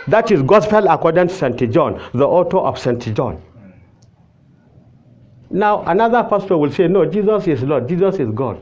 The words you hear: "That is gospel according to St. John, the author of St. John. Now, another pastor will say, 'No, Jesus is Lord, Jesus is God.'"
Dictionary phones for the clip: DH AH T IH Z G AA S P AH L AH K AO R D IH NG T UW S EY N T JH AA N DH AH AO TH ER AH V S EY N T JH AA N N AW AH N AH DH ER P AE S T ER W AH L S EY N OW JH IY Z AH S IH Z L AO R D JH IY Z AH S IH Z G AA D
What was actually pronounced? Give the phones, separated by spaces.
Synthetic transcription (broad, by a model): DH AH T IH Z G AA S P AH L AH K AO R D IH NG T UW S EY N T JH AA N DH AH AO T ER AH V S EY N T JH AA N N AW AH N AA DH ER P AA S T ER W AH L S EY N OW JH IY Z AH S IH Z L AO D JH IY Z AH S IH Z G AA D